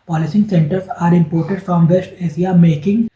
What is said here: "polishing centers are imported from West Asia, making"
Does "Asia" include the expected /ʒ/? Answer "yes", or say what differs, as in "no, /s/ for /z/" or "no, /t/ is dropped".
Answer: no, /s/ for /ʒ/